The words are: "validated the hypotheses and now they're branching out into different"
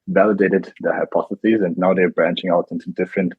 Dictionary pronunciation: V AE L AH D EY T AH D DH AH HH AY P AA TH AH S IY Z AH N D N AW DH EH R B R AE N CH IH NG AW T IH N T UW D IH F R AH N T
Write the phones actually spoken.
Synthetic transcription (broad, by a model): V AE L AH D EY T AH D DH AH HH AY P AA TH AH S IY Z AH N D N AW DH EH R B R AE N CH IH NG AW T IH N T UW D IH F R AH N T